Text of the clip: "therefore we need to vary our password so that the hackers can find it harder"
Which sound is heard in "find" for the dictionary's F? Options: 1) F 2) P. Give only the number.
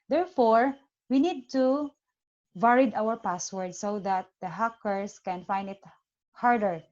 1